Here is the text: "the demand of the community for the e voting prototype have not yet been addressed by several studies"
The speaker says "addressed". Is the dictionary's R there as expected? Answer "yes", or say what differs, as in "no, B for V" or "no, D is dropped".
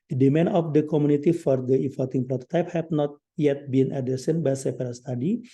no, R is dropped